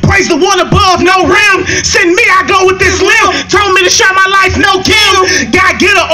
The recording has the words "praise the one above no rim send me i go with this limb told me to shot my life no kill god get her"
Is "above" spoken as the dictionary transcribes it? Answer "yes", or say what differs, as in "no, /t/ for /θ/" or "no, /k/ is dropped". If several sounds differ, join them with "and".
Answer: yes